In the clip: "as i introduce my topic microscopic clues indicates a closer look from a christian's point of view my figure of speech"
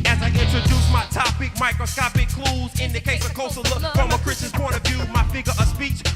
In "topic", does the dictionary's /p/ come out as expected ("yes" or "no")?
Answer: yes